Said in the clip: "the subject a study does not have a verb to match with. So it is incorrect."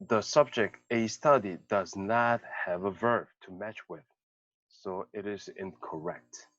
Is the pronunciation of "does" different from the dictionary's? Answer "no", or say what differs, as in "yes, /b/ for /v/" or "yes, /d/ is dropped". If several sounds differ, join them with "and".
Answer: no